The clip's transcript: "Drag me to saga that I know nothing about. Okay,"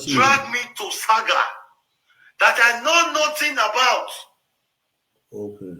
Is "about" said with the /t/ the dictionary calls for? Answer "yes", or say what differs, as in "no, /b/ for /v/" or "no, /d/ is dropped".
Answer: yes